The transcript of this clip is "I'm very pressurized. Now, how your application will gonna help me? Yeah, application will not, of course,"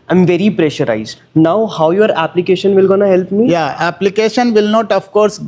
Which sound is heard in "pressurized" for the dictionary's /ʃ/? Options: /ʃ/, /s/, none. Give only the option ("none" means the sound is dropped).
/ʃ/